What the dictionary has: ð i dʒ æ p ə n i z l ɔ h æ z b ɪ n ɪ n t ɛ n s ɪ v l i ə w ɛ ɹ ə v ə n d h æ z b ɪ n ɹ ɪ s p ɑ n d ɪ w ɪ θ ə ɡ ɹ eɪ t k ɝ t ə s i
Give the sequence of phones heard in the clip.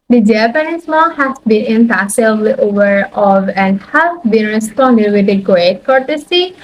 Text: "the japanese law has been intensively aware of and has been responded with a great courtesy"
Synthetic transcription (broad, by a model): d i dʒ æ p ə n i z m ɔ h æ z b ɪ n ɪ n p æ s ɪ l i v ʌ ɹ ə v ə n d h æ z b ɪ n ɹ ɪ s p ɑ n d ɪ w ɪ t ə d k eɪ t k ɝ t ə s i